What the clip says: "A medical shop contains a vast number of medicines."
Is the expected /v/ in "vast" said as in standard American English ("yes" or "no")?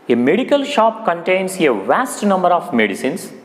yes